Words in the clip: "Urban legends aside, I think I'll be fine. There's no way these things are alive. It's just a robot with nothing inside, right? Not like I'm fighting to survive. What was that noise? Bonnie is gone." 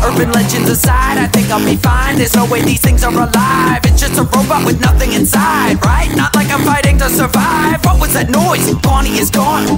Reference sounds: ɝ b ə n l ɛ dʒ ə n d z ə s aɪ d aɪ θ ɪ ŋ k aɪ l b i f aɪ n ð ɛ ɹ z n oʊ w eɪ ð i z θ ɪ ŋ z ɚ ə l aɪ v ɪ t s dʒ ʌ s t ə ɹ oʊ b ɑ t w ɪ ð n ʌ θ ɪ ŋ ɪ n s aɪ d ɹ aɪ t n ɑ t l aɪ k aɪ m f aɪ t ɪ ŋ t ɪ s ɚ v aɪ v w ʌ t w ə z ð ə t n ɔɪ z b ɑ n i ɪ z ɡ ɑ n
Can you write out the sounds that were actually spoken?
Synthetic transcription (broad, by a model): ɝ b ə n l ɛ dʒ ə n d z ə s aɪ d aɪ θ ɪ ŋ k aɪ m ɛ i f aɪ n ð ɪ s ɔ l w eɪ ð i z θ ɪ ŋ z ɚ ə l aɪ v ɪ t s dʒ ʌ s t ə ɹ oʊ b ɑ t w ɪ ð n ʌ θ ɪ ŋ ɪ n s aɪ d ɹ aɪ t n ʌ t l aɪ k aɪ m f aɪ t ɪ ŋ t ɪ s ɚ v aɪ v w ʌ t w ə z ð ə t n ɔɪ z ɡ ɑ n i ɪ z ɡ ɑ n